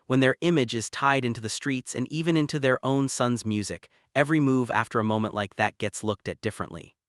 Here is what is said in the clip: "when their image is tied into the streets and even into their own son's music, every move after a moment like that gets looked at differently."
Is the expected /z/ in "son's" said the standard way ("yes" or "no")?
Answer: yes